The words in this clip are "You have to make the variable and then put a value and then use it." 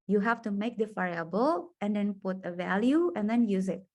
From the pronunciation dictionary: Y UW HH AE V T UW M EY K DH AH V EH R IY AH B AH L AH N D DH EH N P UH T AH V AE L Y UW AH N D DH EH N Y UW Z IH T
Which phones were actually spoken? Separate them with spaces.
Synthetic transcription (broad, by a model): Y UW HH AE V T UW M EY K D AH F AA IY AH B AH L AH N D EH N P UH T AH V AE L Y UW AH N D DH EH N Y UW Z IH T